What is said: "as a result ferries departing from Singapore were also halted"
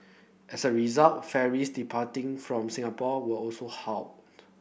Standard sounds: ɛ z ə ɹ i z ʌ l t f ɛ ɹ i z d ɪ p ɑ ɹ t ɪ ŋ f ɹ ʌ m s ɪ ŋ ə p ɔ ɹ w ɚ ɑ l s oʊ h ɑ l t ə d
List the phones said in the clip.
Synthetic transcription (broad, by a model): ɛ s ə ɹ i z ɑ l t f ɛ ɹ i s d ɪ p ɑ t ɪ ŋ f ɹ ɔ m s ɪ ŋ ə p ɔ w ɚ ɑ l s oʊ h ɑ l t